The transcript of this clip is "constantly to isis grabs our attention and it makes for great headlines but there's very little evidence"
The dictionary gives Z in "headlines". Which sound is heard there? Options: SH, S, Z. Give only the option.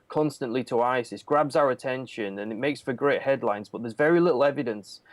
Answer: Z